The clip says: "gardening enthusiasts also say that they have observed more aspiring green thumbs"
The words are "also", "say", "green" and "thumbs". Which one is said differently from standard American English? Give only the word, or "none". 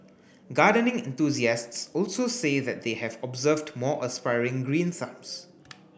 thumbs